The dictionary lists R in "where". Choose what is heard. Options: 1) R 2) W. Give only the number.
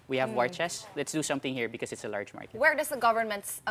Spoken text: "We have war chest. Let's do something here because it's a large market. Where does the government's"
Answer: 1